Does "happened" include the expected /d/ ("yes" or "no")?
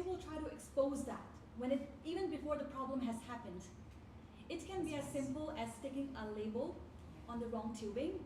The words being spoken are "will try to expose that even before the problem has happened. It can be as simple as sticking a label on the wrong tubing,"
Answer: yes